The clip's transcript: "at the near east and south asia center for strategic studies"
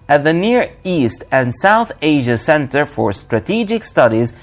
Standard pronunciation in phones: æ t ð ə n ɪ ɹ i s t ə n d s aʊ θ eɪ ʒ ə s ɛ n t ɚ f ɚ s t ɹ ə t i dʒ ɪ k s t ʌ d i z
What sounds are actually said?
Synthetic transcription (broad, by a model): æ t ð ə n ɪ ɹ i s t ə n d s aʊ θ eɪ ʒ ə s ɛ n t ɚ f ɚ s t ɹ ə t i dʒ ɪ k s t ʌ d i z